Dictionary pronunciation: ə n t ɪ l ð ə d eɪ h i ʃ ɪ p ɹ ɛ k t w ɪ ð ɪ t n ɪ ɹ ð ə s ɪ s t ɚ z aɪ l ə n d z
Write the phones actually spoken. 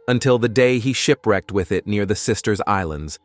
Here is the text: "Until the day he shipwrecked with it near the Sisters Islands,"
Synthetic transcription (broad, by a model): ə n t ɪ l ð ə d eɪ i ʃ ɪ p ɹ ɛ k t w ɪ ð ɪ t n ɪ ɹ ð ə s ɪ s t ɚ z aɪ l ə n d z